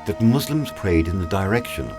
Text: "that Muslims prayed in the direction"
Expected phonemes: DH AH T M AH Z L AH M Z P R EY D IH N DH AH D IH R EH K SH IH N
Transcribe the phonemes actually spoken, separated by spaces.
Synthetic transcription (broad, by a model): DH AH T M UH Z L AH M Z P R EY D IH N DH AH D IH R EH K SH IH N